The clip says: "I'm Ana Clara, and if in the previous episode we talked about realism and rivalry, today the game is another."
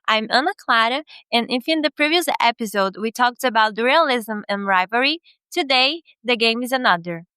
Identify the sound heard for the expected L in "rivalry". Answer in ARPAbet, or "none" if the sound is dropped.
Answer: none